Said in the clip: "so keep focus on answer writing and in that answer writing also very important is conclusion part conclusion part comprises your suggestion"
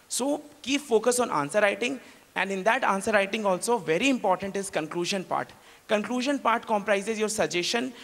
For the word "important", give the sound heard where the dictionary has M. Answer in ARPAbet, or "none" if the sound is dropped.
M